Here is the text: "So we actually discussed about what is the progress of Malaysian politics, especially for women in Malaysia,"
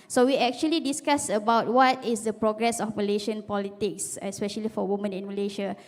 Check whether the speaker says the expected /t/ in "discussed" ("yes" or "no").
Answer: no